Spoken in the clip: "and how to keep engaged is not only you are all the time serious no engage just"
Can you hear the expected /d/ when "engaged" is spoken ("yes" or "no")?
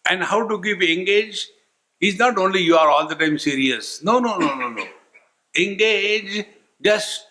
no